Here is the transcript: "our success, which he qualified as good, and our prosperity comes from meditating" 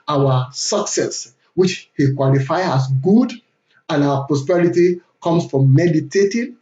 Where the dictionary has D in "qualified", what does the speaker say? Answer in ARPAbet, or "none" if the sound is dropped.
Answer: none